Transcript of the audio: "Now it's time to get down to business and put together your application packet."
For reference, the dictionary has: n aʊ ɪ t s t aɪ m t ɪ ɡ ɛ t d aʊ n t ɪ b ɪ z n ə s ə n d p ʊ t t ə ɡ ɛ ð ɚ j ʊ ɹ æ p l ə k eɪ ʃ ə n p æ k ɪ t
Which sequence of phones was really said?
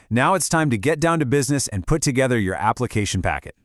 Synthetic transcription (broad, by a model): n aʊ ɪ t s t aɪ m t ɪ ɡ ɛ t d aʊ n t ɪ b ɪ z n ə s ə n p ʊ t t ə ɡ ɛ ð ɚ j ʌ ɹ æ p l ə k eɪ ʃ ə n p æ k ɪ t